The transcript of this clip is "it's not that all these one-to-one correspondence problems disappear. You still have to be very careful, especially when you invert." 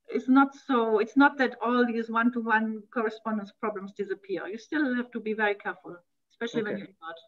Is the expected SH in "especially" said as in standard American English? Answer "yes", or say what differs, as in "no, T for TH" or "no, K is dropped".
yes